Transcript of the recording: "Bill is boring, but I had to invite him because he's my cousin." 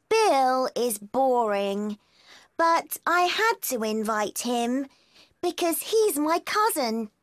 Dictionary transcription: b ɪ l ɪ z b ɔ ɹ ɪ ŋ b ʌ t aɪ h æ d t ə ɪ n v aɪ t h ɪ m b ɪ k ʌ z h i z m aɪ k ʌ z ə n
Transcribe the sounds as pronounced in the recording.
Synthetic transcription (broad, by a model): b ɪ l ɪ z b ɔ ɹ ɪ ŋ b ʌ t aɪ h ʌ d t ə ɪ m v aɪ t h ɪ m b ɪ k ʌ z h i z m aɪ k ʌ z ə n